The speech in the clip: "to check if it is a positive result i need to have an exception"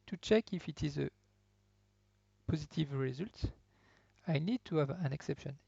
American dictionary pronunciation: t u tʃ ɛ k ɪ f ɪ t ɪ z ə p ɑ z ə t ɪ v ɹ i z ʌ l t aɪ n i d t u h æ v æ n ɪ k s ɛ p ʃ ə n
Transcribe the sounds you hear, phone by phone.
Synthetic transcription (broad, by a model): t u tʃ ɛ k ɪ f ɪ t ɪ z ə p ɑ z ə t ɪ v ɹ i z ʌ l t aɪ n i d t u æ v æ n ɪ k s ɛ p ʃ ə n